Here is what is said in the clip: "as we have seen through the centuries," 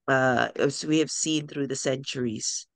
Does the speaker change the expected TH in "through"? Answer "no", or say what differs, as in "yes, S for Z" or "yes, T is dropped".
no